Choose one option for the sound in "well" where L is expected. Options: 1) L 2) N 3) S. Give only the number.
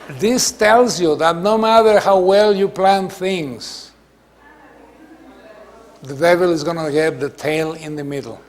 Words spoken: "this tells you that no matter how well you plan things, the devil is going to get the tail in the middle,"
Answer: 1